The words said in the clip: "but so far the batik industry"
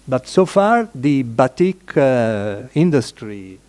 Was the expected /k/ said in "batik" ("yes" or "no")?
yes